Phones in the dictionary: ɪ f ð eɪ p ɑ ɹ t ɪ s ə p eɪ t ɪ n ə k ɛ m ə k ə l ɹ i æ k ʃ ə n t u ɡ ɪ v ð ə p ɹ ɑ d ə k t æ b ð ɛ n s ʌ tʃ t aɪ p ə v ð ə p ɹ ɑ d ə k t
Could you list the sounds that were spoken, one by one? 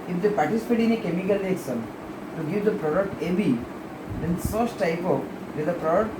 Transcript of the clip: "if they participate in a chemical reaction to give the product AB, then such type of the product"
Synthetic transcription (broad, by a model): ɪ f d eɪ p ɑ ɹ t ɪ s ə p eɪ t ɪ n ə k ɛ m ə k ə l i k s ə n t u ɡ ɪ v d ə p ɹ ɑ d ə k t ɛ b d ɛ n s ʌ s t aɪ p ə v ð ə p ɹ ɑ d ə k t